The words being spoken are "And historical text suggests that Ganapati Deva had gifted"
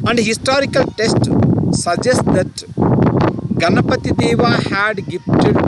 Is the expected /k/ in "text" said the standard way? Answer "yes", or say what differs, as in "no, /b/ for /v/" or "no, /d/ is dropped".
no, /k/ is dropped